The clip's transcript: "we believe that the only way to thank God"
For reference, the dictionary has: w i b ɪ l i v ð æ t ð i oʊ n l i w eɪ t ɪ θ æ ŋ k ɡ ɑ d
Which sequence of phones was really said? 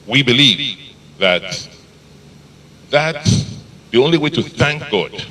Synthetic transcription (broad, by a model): w i b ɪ l i v ð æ t ð i oʊ n l i w eɪ t ɪ θ æ ŋ k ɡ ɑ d